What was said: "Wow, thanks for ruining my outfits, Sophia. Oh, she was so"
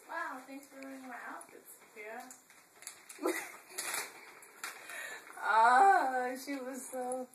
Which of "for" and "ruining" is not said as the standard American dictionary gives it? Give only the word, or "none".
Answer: ruining